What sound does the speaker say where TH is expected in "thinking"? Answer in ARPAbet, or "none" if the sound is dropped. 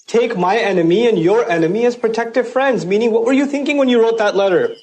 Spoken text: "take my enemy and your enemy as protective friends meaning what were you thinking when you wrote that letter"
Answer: TH